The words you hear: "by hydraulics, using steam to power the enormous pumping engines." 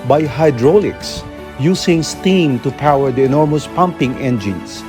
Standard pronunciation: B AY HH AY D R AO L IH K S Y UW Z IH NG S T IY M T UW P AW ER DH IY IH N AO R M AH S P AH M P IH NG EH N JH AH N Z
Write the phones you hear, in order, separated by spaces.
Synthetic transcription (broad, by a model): B AY HH AY D R AO L IH K S Y UW S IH NG S T IY M T UW P AW ER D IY IH N AO R M AH S P AH M P IH NG EH N JH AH N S